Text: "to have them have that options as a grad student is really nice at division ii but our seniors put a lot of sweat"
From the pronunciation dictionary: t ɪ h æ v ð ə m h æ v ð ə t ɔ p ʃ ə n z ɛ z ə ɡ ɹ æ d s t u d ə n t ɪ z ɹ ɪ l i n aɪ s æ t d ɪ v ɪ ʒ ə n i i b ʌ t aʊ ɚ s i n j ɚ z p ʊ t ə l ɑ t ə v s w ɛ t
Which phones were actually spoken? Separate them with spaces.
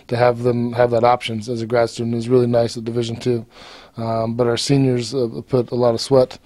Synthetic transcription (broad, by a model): t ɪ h v ð ə m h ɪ v ð ə t ɔ p ʃ ə n z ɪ z ə ɡ ɹ æ d s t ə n ɪ z ɹ ɪ l i n aɪ s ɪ d ɪ v ɪ ʒ ə n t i b ʌ t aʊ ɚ s i n j ɚ z p ʊ t ə l ɑ t ə v s w ɛ t